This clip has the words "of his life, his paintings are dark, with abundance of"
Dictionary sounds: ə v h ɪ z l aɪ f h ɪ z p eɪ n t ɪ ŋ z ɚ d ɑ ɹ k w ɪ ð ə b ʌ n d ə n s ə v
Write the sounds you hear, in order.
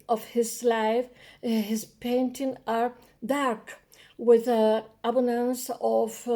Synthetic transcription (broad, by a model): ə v h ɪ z l aɪ f h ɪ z p eɪ n t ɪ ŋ ɚ d ɑ ɹ k w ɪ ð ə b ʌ n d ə n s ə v